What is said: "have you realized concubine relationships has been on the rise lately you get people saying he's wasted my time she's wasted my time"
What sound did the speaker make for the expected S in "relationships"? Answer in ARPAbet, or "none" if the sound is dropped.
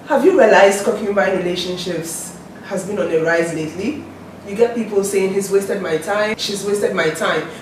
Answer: S